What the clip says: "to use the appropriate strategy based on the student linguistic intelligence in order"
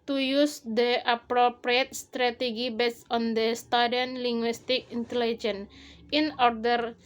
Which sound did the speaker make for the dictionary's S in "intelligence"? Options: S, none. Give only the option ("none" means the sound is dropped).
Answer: none